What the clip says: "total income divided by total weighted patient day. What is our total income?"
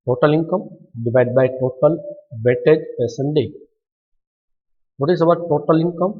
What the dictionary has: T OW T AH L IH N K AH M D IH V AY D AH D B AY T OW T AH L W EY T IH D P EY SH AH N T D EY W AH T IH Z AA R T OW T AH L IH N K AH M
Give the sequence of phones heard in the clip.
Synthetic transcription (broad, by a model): T OW T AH L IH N K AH M D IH V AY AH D B AY T OW T AH L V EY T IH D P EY S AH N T D EY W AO T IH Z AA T T OW T AH L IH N K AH M